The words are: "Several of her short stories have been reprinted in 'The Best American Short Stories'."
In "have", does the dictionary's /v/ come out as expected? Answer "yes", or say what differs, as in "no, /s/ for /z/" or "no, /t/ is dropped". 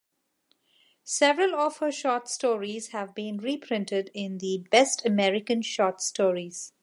yes